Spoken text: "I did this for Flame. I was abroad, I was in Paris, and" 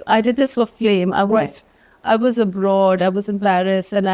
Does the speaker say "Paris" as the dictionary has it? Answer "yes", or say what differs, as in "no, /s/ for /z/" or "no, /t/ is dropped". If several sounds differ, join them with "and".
no, /b/ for /p/